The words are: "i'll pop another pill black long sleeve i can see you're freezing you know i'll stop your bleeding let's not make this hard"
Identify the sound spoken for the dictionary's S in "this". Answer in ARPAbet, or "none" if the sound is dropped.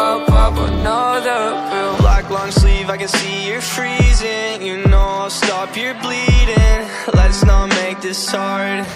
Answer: S